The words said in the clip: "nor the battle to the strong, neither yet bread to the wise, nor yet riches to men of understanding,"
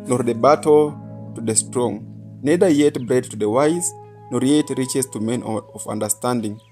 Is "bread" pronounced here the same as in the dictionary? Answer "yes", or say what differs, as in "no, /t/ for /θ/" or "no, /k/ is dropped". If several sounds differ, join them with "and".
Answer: yes